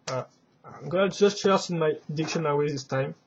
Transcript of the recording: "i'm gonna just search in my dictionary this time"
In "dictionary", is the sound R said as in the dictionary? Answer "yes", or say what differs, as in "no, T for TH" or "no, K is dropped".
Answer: no, W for R